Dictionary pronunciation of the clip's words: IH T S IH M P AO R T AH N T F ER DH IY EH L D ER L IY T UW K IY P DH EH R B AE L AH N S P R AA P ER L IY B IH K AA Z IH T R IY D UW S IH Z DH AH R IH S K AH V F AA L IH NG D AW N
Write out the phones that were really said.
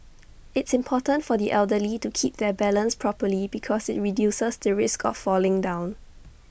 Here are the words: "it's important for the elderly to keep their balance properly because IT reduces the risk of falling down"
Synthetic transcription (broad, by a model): IH T S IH M P AO T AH N T F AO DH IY EH L D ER L IY T UW K IY P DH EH B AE L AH N S P R AA P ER L IY B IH K AA S IH T R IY D UW S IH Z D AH R IH S K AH F AA L IH NG D AW N